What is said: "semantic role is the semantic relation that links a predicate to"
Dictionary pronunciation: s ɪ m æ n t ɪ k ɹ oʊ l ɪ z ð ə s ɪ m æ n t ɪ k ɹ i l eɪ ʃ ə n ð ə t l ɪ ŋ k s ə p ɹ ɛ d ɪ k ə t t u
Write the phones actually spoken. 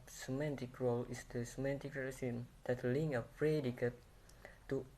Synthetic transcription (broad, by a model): s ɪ m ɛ n t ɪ k ɹ oʊ l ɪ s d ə s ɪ m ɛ n t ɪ k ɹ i eɪ s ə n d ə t l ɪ ŋ ə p ɹ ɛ d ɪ k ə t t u